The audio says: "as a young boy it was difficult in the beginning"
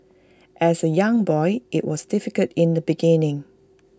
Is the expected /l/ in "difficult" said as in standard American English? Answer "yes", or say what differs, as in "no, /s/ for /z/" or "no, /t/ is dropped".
no, /l/ is dropped